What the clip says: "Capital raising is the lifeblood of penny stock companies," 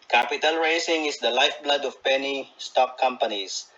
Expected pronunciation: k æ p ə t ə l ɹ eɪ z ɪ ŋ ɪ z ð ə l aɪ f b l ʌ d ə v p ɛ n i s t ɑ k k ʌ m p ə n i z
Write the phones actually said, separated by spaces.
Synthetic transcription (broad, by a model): k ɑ p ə t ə l ɹ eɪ s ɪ ŋ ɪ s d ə l aɪ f b l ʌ d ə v p ɛ n i s t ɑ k k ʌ m p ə n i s